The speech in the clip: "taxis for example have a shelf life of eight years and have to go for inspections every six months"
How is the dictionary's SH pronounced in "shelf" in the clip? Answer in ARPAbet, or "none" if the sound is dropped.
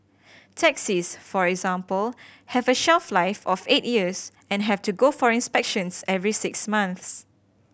SH